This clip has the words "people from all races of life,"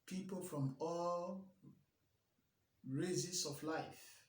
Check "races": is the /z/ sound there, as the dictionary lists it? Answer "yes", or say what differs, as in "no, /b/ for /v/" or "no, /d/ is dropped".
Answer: no, /s/ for /z/